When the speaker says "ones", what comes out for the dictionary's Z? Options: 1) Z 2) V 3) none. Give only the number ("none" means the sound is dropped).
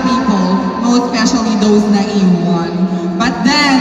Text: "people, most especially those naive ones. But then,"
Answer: 3